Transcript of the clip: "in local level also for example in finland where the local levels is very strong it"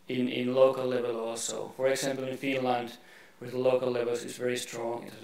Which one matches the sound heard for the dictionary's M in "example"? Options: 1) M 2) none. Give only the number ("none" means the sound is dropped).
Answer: 1